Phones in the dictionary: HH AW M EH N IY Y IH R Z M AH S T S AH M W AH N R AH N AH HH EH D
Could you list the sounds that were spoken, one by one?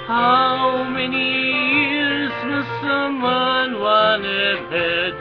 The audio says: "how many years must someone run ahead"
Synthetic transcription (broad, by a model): HH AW M EH N IY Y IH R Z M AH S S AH M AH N W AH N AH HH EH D